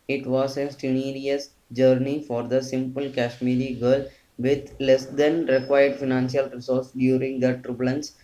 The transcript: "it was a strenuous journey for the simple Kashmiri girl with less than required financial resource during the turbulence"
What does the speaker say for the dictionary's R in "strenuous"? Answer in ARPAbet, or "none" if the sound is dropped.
none